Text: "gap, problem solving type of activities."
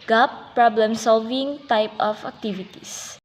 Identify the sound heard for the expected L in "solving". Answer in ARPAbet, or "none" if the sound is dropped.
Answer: L